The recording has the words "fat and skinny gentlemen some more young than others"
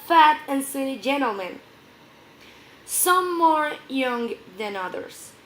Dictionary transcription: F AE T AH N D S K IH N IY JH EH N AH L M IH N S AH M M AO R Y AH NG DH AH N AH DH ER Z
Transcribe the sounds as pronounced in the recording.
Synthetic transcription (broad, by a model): F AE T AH N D S IH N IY JH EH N L M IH N S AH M M AO R Y AH NG DH AH N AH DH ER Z